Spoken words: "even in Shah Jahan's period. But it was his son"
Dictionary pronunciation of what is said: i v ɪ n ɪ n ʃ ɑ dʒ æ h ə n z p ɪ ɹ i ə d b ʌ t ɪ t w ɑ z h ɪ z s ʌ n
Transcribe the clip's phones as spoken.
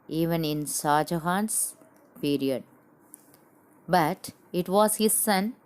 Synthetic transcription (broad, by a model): i v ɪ n ɪ n s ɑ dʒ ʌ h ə n s p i ɹ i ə d b ʌ t ɪ t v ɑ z h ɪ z s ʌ n